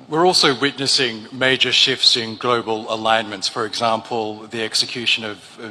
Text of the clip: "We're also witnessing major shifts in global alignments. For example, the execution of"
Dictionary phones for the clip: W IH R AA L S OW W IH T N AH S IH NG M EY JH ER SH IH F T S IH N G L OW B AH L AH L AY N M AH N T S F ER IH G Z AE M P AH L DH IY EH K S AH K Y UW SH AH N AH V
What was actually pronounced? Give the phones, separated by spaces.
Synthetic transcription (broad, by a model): W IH R AA L S OW W IH T N AH S IH NG M EY JH ER SH IH F T S IH N G L OW B AH L AH L AY N M AH N T S F ER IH G Z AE M P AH L DH IY EH K S AH K Y UW SH AH N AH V